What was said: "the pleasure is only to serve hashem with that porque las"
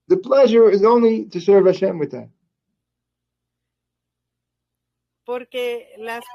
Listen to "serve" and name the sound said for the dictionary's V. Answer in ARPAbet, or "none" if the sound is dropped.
V